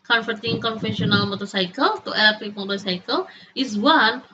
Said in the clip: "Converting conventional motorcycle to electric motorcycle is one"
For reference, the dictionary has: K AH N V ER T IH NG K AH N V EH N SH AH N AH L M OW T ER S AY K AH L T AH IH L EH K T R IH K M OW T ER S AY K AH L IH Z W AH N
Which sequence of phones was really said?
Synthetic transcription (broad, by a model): K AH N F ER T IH NG K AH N F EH SH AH N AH L M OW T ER S AY K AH L T AH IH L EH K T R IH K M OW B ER S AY K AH L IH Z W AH N